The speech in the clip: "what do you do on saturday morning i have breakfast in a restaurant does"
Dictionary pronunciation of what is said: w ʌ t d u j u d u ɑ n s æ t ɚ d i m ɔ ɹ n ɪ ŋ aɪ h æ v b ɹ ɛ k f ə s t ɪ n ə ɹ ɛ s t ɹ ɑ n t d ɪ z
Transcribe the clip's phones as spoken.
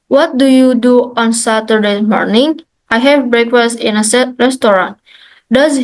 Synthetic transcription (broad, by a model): w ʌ t d u j u d u ɑ n s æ t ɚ d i m ɔ ɹ n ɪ ŋ aɪ h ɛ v b ɹ ɛ k f ə s t ɪ n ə ɹ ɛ s t ɹ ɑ n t d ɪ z